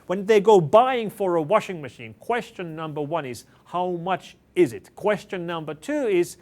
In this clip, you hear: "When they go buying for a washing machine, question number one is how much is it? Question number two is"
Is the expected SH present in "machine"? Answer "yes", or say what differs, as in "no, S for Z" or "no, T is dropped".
yes